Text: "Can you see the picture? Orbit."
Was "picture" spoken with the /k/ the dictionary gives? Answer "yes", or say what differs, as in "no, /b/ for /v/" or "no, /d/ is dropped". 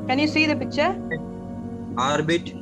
no, /k/ is dropped